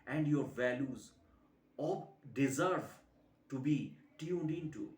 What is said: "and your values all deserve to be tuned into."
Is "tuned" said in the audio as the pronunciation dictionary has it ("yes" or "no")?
yes